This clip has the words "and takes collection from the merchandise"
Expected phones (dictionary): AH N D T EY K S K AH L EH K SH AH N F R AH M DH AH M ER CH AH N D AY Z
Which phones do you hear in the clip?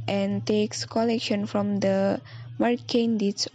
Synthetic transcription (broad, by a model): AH N T EY K S K AH L EH K SH AH N F R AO M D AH M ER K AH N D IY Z